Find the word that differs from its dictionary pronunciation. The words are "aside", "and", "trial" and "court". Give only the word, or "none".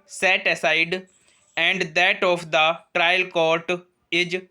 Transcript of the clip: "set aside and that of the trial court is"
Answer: none